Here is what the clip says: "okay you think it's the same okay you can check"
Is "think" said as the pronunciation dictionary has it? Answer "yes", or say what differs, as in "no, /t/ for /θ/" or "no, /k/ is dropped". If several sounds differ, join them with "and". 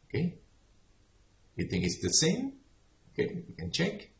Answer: yes